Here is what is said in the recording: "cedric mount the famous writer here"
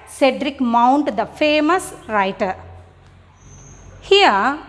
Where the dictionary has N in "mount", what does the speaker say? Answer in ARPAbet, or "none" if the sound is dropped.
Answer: N